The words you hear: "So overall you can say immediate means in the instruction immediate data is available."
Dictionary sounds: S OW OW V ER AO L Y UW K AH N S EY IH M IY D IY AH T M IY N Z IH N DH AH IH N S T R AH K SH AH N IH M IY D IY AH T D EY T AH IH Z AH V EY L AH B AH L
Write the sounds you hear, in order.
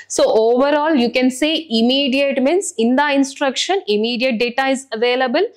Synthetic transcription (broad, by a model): S OW OW V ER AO L Y UW K AH N S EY IH M IY D IY AH T M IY N S IH N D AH IH N S T R AH K SH AH N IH M IY D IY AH T D EY T AH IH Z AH V EY L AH B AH L